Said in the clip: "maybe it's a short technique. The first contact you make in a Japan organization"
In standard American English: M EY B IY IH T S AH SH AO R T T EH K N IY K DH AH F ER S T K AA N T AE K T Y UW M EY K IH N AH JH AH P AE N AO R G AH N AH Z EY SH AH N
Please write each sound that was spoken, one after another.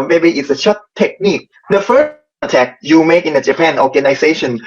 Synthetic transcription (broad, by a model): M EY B IY IH T S AH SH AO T T EH K N IY K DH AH F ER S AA T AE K Y UW M EY K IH N AH JH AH P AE N AO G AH N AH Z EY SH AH N